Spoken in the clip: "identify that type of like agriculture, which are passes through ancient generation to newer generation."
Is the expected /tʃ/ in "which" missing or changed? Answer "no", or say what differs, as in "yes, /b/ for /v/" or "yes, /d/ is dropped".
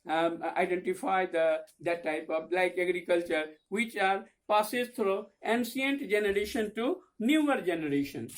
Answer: no